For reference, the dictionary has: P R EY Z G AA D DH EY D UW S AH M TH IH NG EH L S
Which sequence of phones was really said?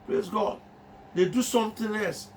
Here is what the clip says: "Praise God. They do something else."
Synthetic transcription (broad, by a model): P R EY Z G AA D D EY D UW S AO M T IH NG EH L S